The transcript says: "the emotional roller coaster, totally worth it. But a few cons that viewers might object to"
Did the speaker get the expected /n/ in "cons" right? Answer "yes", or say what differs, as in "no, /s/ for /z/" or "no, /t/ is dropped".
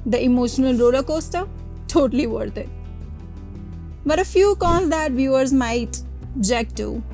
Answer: no, /l/ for /n/